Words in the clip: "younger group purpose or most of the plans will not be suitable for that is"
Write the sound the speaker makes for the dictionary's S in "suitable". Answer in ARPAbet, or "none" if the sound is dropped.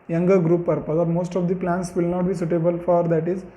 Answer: S